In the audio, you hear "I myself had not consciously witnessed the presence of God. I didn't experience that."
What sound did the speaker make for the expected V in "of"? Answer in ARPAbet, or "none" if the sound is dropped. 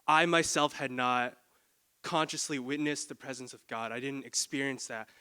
V